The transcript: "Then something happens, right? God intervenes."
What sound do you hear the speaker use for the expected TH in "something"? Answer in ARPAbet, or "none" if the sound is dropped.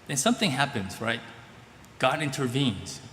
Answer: TH